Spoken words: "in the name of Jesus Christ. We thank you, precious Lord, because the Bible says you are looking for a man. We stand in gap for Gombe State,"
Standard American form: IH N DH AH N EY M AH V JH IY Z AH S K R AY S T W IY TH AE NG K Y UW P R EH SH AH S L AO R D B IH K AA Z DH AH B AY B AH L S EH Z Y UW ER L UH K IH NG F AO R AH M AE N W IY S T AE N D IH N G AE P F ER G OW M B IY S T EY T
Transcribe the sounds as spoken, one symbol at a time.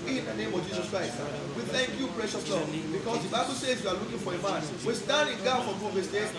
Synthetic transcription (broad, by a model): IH N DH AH N EY M AH V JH IY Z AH S K R AY S T W IY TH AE NG K Y UW P R EH SH AH S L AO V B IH K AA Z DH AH B AY B AH L S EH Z Y UW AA L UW K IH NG F AO R AH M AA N W IY S T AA N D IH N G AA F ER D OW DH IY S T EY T